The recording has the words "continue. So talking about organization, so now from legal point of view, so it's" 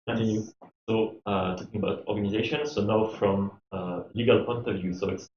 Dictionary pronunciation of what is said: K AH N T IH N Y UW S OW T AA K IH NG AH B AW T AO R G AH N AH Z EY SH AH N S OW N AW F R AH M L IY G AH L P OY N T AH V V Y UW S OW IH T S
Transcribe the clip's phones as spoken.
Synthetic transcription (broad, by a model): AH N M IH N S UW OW T AA K IH NG AH B AW T AO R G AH N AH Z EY SH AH N S OW N AW F R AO M L IY G AH L P OY N T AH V V Y UW S OW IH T S